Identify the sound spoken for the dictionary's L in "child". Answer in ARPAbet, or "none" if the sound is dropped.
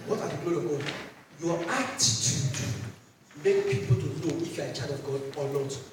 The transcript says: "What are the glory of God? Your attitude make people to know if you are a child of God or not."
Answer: none